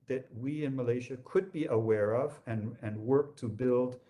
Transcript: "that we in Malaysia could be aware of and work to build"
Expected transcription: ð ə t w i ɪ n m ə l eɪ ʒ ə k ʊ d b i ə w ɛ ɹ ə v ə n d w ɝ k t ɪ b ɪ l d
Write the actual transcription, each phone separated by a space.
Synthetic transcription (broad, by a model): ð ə t w i ɪ n m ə l eɪ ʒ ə k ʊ d b i ə w ɛ ɹ ə v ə n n w ɝ k t ɪ b ɪ l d